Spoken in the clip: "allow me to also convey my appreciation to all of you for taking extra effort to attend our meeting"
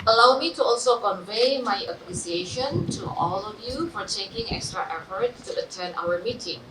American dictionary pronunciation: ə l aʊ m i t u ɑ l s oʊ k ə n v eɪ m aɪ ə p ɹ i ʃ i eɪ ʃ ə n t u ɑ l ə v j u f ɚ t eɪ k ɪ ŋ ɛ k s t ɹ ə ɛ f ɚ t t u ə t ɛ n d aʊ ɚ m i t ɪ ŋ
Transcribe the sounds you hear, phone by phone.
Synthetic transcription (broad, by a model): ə l aʊ m i t u ɑ l s oʊ k ə n v eɪ m aɪ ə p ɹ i s i eɪ ʃ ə n t u ɑ l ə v j u f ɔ t eɪ k ɪ ŋ ɛ k s t ɹ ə ɛ f ɚ t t u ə t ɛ n aʊ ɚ m i t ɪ ŋ